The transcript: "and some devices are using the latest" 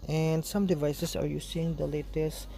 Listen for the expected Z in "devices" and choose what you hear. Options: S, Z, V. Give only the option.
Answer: S